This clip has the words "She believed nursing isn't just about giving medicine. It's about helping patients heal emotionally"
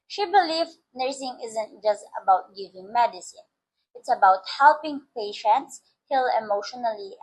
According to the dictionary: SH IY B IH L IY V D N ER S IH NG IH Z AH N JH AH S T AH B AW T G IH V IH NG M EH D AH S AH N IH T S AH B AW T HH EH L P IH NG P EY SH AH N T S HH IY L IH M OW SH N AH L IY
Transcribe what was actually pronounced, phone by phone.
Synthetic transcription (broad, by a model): SH IY B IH L IY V N ER S IH NG IH Z AH N JH AH S T AH B AW T G IH V IH NG M EH D AH S AH N IH T S AH B AW T HH EH L P IH NG P EY SH AH N T S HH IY L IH M OW SH N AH L IY